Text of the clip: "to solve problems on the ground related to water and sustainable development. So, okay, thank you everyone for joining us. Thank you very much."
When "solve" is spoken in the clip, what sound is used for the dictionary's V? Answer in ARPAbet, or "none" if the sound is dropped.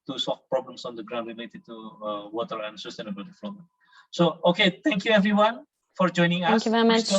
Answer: F